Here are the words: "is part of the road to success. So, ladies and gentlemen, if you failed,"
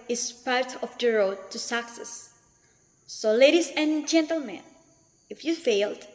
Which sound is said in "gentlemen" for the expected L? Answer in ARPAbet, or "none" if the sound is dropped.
L